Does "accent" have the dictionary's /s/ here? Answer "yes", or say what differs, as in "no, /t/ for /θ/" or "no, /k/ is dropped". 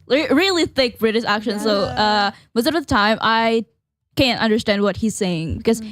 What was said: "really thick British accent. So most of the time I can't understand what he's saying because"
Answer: no, /ʃ/ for /s/